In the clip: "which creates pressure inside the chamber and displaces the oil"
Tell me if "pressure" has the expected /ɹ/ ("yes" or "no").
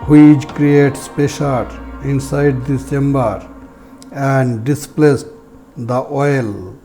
no